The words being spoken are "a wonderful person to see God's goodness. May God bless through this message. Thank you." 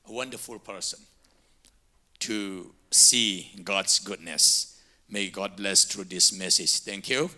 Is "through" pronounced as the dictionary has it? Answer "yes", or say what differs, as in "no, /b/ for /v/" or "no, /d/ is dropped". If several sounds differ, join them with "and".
no, /t/ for /θ/